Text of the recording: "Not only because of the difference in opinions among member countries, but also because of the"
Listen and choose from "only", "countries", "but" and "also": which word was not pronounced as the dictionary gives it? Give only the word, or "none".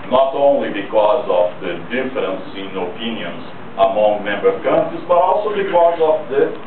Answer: countries